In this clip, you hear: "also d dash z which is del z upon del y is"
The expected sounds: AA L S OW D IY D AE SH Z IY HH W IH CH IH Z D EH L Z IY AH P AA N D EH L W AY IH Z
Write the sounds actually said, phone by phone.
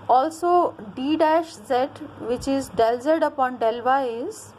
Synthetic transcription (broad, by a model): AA L S OW D IY D AE SH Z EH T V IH CH IH Z D EH L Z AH AH P AA N D EH L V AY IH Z